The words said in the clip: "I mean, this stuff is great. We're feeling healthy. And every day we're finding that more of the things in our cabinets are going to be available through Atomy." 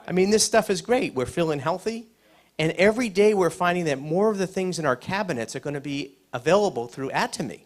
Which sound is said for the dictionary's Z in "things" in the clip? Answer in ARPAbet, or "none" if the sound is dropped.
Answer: Z